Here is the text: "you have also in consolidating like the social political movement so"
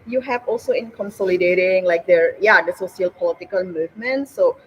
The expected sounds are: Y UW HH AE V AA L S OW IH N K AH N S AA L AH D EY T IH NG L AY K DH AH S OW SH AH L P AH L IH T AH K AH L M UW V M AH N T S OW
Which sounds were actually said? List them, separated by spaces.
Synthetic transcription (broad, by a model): Y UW HH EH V AA L S OW IH N K AH N S AA L AH D EY T IH NG L AY K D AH S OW S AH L P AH L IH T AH K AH L M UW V M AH N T S OW